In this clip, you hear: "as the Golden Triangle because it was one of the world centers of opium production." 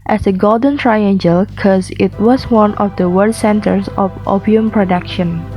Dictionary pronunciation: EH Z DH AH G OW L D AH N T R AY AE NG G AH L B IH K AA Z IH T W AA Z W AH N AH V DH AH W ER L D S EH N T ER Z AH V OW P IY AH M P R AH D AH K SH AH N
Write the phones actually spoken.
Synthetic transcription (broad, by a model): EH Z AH G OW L D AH N T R AY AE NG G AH L K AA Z IH T W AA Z W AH N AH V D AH W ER D S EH N T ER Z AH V OW P IY AH M P R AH D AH K SH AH N